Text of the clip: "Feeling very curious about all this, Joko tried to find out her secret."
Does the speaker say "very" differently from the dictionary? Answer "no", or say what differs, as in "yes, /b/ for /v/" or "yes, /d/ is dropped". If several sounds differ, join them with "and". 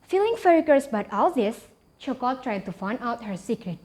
yes, /f/ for /v/